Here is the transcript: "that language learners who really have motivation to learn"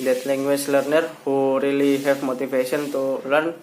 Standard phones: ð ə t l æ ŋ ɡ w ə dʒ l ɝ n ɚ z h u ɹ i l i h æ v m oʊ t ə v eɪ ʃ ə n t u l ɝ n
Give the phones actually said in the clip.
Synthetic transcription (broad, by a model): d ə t l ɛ ŋ ɡ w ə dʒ l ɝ n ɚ h u ɹ i l i h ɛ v m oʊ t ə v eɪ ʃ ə n t u l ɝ n